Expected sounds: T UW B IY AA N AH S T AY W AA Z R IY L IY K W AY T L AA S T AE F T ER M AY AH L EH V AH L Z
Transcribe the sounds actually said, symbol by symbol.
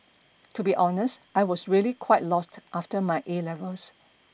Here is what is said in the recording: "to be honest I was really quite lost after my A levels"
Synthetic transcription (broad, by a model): T UW B IY AA N AH S T AY W AA S R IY L IY K W AY T L AA S T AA F T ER M AY AH L EH V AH L S